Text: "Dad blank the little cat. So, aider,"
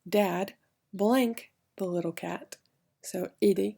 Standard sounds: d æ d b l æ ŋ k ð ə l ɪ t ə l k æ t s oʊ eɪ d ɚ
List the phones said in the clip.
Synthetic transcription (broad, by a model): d æ d b l æ ŋ k ð ə l ɪ t l k æ t s oʊ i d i